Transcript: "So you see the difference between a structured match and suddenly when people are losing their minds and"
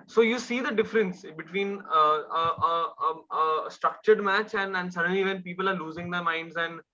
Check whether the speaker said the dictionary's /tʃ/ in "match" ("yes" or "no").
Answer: yes